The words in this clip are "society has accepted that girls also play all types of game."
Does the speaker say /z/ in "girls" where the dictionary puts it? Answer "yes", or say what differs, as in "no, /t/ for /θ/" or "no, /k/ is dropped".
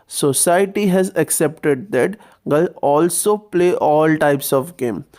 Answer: no, /z/ is dropped